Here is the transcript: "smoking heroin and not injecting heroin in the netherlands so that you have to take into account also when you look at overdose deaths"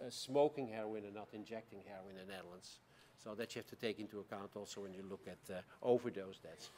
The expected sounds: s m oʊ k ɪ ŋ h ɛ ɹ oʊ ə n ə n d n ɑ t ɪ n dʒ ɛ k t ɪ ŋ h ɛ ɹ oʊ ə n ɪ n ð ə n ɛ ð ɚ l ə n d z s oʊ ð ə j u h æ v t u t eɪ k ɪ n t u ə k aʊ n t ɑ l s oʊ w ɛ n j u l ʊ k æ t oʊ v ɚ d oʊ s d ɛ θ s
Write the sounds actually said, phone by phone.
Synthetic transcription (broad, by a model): s m oʊ k ɪ ŋ h ɛ ɹ oʊ ə n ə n n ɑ t ɪ n dʒ ɛ k t ɪ ŋ h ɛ ɹ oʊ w ɪ n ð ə n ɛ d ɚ l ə n s oʊ ð ə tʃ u h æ f t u t eɪ k ɪ n t u ə k aʊ n t ɑ l s oʊ w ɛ n j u l ʊ k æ t oʊ v ɚ d oʊ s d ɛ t s